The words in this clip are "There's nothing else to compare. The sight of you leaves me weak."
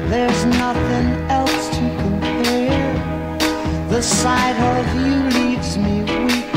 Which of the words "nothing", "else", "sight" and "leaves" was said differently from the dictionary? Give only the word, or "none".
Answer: none